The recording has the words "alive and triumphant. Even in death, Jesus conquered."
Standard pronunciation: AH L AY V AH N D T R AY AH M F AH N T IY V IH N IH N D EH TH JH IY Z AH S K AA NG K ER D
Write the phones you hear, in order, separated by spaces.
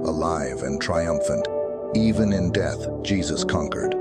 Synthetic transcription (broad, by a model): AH L AY V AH N T R AY AH M F AH N T IY V IH N IH N D EH TH JH IY Z AH S K AA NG K ER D